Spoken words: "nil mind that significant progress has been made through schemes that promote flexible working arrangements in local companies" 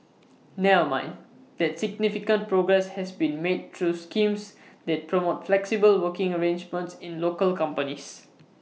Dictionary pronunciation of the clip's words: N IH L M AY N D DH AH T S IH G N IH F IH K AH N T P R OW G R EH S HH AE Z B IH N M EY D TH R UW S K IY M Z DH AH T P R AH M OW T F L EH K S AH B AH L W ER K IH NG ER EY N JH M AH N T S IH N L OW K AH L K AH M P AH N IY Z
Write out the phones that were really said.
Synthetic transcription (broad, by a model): N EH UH M AY N D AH T S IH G N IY F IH K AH N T P R OW G R EH S HH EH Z B IH N M EY D T R UW S K IY M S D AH T P R AH M OW T F L EH K S AH B AH L W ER K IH NG ER EY N JH M AH N T S IH N L OW K AH L K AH M P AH N IY S